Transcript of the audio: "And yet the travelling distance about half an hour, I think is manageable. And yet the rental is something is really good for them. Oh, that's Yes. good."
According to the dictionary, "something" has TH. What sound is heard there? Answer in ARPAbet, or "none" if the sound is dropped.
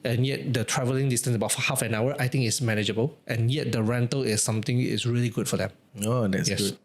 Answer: T